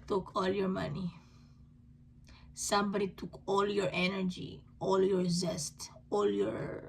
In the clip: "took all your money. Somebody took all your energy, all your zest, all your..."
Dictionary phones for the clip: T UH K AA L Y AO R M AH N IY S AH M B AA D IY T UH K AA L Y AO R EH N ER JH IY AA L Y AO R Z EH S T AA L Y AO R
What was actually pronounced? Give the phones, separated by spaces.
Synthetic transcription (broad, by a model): T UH K AA L Y AO R M AH N IY S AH M B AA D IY T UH K AA L Y AO R EH N ER JH IY AA L Y AO R Z EH S T AA L Y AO R